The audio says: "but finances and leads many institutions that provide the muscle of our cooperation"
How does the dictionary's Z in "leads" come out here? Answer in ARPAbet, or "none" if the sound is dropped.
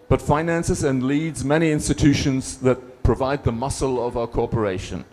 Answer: Z